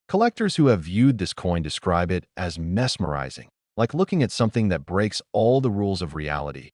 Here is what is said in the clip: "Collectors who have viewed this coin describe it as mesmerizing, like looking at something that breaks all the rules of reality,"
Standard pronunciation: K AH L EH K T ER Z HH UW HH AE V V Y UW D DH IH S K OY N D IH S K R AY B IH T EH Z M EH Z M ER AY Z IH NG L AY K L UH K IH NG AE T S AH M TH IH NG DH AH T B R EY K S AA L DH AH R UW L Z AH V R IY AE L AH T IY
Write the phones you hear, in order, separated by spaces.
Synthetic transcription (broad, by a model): K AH L EH K T ER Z HH UW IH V V Y UW D DH IH S K OY N D IH S K R AY B IH T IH Z M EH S M ER AY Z IH NG L AY K L UH K IH NG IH T S AH M TH IH NG DH AH T B R EY K S AA L DH AH R UW L Z AH V R IY AE L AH T IY